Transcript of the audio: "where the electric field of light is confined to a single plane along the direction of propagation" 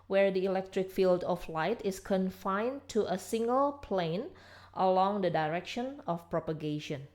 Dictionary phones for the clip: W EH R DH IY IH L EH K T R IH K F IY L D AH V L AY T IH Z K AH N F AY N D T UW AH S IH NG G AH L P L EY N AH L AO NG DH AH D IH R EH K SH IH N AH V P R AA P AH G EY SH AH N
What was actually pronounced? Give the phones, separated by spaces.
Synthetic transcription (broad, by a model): W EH R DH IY IH L EH K T R IH K F IY L D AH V L AY T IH S K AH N F AY N T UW AH S IH NG G AH L P L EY N AH L AO NG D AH D IH R EH K SH IH N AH F P R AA P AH G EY SH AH N